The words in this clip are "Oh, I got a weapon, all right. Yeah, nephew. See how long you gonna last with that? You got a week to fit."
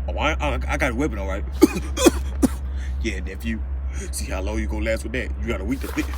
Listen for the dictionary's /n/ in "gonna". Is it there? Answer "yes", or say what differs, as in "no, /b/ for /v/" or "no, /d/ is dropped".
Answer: no, /n/ is dropped